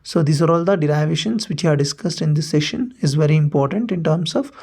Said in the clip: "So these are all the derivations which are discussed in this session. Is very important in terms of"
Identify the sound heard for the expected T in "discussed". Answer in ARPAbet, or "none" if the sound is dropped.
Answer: T